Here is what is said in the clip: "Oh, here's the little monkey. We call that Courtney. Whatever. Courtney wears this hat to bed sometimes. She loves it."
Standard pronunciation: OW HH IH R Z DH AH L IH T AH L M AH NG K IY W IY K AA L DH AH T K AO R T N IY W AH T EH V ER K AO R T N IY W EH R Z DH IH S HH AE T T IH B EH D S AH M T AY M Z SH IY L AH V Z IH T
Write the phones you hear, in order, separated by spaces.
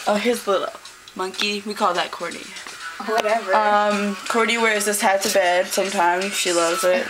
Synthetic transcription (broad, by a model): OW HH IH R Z L IH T L M AH NG K IY W IY K AA L DH AH T K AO R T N IY W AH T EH V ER K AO R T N IY W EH R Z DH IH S HH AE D T IH B EH D S AH M T AY M Z SH IY L AH V Z IH T